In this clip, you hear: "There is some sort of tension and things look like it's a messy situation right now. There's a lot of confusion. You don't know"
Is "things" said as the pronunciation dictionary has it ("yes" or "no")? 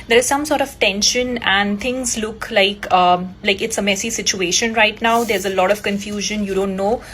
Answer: no